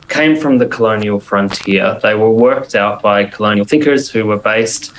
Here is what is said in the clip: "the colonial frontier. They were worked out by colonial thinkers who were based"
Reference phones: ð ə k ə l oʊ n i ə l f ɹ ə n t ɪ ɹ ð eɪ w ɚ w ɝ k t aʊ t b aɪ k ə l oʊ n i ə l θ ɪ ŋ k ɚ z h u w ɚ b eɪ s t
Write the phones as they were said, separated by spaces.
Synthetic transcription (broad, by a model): ð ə k ə l oʊ n i ə l f ɹ ə n t ɪ ɹ ð eɪ w ɚ w ɝ k t aʊ t b aɪ k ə l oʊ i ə n θ ɪ ŋ k ɚ z h u w ɚ b eɪ s t